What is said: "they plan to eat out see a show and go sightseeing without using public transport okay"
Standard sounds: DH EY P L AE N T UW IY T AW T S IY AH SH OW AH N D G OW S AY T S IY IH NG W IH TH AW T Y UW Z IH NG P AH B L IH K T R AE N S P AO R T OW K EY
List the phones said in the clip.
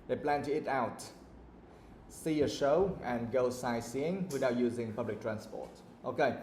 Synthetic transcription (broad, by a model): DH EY P L AE N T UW IY T AW T S IY AH SH OW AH N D G OW S AY S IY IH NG W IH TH AW T Y UW Z IH NG P AH B L IH K T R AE N S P AO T T OW K EY